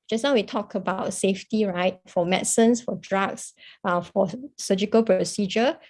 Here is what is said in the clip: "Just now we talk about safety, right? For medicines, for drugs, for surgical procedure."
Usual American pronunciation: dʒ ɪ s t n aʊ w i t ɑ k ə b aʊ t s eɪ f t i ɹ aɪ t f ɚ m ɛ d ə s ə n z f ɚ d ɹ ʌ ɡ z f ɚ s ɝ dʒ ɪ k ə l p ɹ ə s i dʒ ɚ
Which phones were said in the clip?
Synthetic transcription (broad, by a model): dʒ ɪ s n aʊ w i t ɑ k ə b aʊ t s eɪ f t i ɹ aɪ t f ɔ m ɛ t s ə n s f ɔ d ɹ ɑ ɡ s f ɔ s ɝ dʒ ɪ k ə l p ɹ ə s i dʒ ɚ